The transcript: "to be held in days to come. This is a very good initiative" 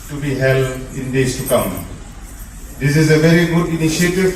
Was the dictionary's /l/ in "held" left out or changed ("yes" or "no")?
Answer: no